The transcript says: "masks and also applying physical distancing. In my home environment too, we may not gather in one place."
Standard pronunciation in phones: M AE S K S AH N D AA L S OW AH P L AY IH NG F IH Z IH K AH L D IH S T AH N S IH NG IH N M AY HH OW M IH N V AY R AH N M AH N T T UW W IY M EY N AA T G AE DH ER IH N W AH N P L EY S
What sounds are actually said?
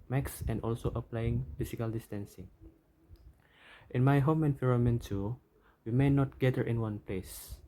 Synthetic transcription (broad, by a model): M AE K S AH N D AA L S OW AH P L AY IH NG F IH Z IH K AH L D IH S T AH N S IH NG IH N M AY HH OW M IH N F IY R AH M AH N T T UW W IY M EY N AA T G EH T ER IH N W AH N P L EY S